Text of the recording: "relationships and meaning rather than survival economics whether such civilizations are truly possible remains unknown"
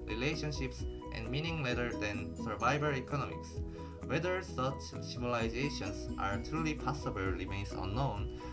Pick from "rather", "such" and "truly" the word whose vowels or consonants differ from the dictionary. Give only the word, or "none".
rather